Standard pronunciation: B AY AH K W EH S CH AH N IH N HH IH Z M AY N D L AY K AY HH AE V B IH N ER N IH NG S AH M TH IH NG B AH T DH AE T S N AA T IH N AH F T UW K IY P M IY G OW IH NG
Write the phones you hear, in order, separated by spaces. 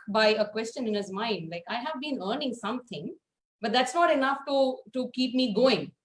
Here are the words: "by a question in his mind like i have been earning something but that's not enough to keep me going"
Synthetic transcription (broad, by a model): B AY AH K W EH S CH AH N IH N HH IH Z M AY N D L AY K AY HH AE V B IH N ER N IH NG S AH M T IH NG B AH T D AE T S N AA T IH N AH F T UW K IY P M IY G OW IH NG